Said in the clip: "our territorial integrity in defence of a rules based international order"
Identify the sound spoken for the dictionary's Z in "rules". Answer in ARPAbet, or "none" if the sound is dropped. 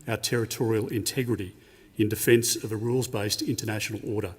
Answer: Z